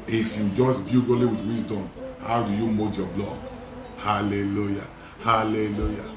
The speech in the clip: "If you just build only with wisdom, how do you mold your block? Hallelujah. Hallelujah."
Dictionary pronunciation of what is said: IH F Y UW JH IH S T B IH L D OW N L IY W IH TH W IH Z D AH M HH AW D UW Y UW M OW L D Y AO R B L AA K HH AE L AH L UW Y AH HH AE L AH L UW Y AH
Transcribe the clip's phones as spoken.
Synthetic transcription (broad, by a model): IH F Y UW JH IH S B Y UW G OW L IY W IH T W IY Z D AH M HH AW D UW Y UW M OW D Y AO B L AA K HH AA L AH L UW Y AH HH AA L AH L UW Y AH